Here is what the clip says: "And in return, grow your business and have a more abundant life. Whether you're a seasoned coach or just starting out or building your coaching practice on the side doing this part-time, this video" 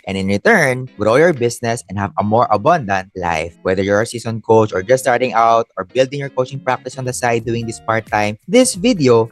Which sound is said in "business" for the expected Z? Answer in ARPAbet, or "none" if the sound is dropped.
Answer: S